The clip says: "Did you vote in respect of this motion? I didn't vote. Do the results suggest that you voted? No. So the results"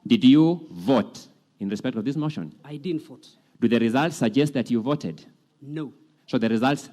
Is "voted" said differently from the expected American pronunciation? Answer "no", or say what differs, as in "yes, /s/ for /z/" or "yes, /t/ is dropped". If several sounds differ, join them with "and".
no